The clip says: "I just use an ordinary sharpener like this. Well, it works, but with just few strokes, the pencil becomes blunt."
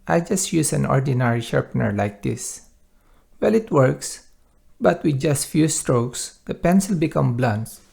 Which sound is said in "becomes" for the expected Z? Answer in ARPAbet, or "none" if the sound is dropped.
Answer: none